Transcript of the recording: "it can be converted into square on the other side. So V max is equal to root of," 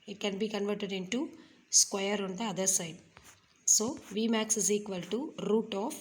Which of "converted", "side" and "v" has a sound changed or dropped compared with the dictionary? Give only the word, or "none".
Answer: none